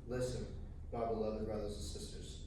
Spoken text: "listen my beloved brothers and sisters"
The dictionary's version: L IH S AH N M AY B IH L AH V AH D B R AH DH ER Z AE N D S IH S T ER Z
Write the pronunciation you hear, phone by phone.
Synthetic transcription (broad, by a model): L IH S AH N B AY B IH L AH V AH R B R AH DH ER Z N S IH S T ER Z